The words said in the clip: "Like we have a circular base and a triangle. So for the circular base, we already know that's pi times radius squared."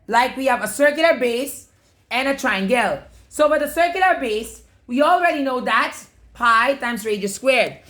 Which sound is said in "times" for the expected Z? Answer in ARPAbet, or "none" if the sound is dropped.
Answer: S